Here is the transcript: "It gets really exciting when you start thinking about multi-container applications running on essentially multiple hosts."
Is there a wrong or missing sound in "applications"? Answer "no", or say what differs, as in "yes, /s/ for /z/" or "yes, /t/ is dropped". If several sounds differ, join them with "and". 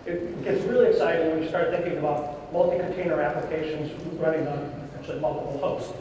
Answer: no